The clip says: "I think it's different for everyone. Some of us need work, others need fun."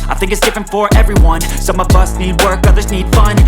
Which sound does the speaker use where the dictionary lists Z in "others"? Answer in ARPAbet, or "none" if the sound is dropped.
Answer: Z